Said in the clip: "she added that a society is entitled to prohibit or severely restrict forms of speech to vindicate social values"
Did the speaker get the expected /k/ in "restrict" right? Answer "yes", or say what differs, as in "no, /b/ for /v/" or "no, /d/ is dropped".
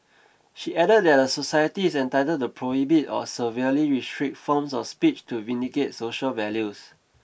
no, /k/ is dropped